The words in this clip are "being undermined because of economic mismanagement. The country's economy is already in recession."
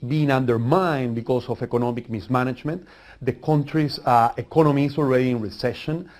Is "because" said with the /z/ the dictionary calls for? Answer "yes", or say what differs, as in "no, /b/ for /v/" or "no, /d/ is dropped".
no, /s/ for /z/